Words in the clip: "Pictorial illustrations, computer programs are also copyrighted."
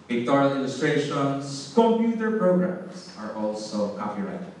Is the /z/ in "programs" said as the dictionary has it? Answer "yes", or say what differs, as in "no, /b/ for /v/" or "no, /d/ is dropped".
no, /s/ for /z/